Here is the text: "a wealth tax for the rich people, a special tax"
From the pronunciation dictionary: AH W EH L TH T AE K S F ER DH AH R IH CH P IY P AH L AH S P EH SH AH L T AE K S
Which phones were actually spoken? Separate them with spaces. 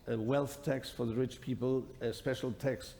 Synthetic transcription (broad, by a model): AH W EH L TH T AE K S F ER DH AH R IH CH P IY P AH L AH S P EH SH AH L T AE K S